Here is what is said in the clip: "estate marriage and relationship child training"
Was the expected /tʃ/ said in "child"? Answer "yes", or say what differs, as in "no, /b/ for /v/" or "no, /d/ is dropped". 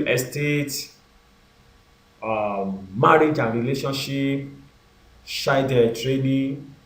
no, /ʃ/ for /tʃ/